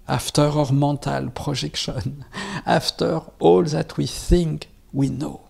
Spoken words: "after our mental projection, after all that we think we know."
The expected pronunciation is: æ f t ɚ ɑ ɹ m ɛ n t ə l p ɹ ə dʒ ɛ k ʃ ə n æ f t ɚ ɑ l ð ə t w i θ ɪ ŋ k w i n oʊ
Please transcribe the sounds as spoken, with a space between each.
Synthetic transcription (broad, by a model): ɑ f t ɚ ɑ ɹ m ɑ t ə l p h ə ʒ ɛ k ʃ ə n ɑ f t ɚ ɑ l ð ə t w i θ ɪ ŋ k w i n oʊ